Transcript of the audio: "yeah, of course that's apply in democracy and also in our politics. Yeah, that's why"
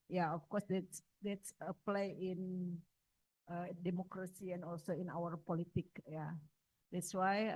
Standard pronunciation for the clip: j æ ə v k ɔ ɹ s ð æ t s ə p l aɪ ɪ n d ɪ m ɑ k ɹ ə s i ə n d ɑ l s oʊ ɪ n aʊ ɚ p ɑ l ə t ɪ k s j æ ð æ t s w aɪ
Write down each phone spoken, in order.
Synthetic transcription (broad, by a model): j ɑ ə f k ɔ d s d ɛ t s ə p l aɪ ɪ n d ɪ m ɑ k ɹ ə s i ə n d ɑ l s oʊ ɪ n aʊ ɚ p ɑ l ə t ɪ k j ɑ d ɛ t s w aɪ